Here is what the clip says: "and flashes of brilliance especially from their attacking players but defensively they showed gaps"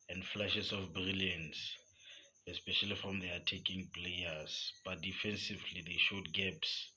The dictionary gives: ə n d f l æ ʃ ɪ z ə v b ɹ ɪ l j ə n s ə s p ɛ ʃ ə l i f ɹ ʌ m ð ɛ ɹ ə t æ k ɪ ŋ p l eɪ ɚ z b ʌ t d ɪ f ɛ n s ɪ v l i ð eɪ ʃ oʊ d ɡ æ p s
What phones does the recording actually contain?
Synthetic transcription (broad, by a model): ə n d f l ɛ ʃ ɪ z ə f b ɹ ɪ l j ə n s ə s p ɛ ʃ ə l i f ɹ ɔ m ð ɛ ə t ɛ k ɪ ŋ p l eɪ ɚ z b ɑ t d ɪ f ɛ n s ɪ v l i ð eɪ ʃ oʊ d ɡ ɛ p s